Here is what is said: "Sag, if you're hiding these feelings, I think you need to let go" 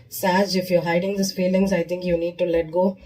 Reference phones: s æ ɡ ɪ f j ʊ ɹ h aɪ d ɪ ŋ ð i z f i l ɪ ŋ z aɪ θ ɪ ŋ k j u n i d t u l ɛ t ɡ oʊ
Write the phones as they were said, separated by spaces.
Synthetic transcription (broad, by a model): s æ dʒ ɪ f j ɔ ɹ h aɪ d ɪ ŋ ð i s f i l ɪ ŋ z aɪ t ɪ ŋ k j u n i d t u l ɛ t ɡ oʊ